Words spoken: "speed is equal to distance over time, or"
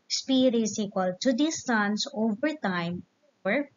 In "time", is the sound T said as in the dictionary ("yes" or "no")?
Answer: yes